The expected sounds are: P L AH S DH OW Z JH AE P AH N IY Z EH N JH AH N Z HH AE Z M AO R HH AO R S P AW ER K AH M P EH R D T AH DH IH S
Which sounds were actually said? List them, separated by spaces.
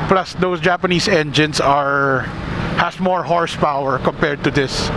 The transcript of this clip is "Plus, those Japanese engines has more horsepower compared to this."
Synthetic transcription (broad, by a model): P L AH S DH OW S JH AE P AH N IY S EH N JH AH N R HH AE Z M AO R HH AO R S P AW ER K AH M P EH R D T AH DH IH S